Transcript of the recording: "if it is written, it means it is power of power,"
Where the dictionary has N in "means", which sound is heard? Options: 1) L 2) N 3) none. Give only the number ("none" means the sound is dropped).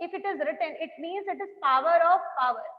2